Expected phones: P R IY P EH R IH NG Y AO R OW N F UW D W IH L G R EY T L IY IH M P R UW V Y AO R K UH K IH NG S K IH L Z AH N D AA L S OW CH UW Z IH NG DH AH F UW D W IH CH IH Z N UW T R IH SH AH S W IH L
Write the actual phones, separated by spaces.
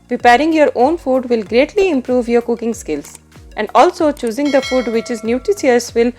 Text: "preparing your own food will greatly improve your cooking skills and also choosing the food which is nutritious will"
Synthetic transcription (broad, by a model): P R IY P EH R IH NG Y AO R OW N F UW D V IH L G R EY T L IY IH M P R UW V Y AO R K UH K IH NG S K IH L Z AH N D AA L S OW CH UW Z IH NG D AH F UW D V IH CH IH Z N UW T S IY AH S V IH L